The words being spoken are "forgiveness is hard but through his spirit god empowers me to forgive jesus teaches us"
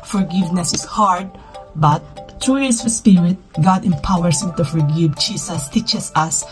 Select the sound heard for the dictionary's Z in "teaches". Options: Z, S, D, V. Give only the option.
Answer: S